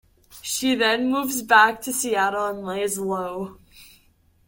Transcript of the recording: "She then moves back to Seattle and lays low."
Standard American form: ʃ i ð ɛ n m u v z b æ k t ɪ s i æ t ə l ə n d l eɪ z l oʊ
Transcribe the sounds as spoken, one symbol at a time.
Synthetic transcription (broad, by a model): ʃ i ð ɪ n m u v z b æ k t ɪ s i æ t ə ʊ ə n l eɪ z l oʊ